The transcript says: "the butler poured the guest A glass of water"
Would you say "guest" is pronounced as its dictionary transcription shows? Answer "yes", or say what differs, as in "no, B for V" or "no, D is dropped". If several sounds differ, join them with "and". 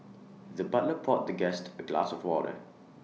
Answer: yes